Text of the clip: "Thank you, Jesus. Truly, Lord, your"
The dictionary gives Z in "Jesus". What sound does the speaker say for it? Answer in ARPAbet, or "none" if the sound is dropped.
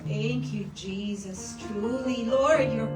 Z